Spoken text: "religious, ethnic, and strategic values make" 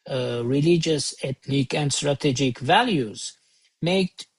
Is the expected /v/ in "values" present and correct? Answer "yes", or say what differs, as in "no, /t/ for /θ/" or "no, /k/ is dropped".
yes